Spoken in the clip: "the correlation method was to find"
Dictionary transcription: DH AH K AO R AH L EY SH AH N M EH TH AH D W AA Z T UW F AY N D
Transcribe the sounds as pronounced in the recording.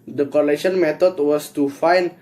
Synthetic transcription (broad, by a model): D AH K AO L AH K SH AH N M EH T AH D W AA S T UW F AY N